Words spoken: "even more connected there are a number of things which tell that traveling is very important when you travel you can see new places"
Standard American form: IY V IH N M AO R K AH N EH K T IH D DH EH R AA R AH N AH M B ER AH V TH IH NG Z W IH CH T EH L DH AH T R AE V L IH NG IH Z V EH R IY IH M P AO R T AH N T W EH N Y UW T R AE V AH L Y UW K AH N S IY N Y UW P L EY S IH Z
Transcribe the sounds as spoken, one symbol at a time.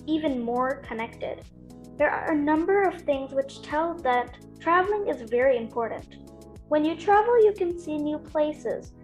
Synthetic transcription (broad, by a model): IY V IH N M AO R K AH N EH K T IH D DH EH R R AH N AH M B ER AH V TH IH NG Z W IH CH T EH L DH AH T R AE V L IH NG IH Z V EH R IY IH M P AO R T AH N T W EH N Y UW T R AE V L Y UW K AH N S IY N Y UW P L EY S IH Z